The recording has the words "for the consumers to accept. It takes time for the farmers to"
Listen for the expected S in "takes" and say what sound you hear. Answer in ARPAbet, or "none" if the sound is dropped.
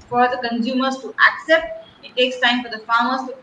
S